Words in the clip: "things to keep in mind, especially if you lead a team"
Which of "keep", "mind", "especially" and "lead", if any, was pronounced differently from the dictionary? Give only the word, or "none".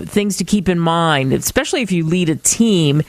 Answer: none